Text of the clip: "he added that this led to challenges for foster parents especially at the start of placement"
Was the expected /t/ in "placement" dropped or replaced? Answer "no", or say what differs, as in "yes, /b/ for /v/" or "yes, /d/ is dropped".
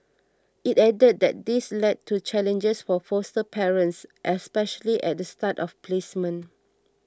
yes, /t/ is dropped